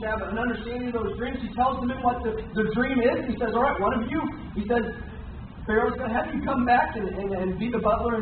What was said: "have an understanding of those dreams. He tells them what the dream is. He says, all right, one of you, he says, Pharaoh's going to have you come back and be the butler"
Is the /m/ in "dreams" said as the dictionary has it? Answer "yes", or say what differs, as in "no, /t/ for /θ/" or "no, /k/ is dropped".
yes